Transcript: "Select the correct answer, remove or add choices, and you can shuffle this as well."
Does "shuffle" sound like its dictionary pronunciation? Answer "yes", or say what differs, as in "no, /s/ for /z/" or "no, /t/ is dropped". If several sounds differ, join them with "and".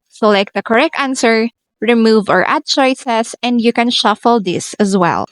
yes